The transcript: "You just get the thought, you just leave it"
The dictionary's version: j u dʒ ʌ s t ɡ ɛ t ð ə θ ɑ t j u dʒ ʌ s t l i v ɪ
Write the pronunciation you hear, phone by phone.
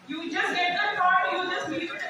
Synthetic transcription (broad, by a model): j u dʒ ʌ s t ɡ ɛ t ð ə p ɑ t j u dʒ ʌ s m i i ɪ